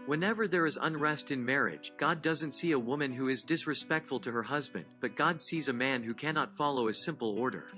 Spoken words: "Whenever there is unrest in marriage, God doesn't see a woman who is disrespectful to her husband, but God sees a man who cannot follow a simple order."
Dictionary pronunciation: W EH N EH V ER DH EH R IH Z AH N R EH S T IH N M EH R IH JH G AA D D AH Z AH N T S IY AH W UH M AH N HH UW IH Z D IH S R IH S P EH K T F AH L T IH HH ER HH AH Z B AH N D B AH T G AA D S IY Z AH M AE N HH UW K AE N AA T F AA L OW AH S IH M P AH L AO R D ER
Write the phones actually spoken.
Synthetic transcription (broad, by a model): W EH N EH V ER DH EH R IH Z AH N R EH S T IH N M EH R IH JH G AA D D AH Z AH N T S IY AH W UH M AH N HH UW IH Z D IH S R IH S P EH K T F L T IH HH ER HH AH Z B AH N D B AH T G AA D S IY Z AH M AE N HH UW K AE N AA T F AA L OW AH S IH M P L AO R D ER